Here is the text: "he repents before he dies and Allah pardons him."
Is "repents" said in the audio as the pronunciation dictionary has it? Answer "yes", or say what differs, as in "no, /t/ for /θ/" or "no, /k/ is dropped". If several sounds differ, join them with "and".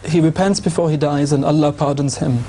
yes